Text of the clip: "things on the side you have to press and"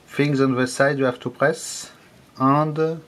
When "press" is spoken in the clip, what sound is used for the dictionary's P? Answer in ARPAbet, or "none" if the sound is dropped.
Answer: P